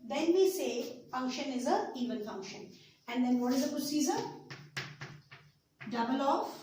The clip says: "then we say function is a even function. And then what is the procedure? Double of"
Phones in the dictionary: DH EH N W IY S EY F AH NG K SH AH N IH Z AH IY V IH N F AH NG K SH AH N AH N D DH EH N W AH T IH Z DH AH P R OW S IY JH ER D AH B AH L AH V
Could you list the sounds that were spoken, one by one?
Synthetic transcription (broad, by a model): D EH N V IY S EY F AH NG K SH AH N IH Z AH IY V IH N F AH NG K SH AH N AH N D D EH N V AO T IH Z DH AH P R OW S IY Z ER D AH B AH L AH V